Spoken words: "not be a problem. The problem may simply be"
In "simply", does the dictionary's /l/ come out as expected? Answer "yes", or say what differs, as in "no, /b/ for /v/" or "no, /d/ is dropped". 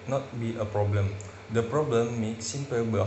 no, /l/ is dropped